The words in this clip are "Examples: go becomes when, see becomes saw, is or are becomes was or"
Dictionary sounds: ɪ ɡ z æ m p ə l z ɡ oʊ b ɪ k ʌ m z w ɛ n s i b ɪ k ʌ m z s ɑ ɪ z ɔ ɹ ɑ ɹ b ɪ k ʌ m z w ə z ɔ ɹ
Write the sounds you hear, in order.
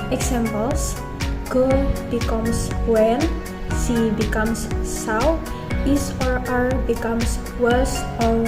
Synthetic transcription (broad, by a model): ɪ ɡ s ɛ m p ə l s ɡ oʊ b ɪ k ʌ m s w ɛ n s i b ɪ k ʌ m s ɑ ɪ s ɔ ɹ ɑ ɹ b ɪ k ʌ m s w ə s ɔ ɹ